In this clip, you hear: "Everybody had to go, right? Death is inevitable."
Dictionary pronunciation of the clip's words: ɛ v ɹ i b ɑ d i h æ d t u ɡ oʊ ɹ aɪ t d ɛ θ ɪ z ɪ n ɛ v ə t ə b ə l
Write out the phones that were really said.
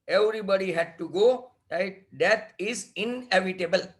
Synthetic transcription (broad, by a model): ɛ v ɹ i b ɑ d i h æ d t u ɡ oʊ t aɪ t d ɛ t ɪ z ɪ n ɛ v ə t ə b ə l